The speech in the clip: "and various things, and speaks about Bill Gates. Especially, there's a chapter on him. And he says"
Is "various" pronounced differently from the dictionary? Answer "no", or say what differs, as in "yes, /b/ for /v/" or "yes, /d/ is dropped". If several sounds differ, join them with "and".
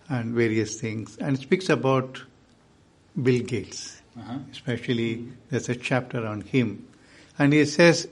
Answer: no